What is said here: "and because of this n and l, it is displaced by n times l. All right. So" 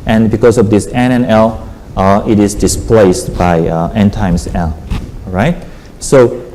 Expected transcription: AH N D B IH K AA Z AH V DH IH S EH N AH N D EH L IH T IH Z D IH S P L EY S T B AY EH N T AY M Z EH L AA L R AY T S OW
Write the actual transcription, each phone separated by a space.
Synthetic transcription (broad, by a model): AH N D B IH K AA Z AH V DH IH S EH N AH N EH L IH T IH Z D IH S P L EY S T B AY EH N T AY M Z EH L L R AY T S OW